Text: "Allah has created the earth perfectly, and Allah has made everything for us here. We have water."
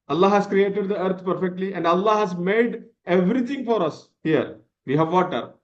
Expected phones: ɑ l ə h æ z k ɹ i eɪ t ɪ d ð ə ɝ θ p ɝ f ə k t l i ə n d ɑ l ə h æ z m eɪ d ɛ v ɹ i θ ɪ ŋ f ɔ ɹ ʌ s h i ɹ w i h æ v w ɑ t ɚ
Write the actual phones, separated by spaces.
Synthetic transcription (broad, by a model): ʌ l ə h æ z k ɹ i eɪ t ɪ d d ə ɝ t p ɝ f ə k t l i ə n d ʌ l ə h æ z m eɪ d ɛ v ɹ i t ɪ ŋ f ɔ ɹ ʌ s h i ɹ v i h æ v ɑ t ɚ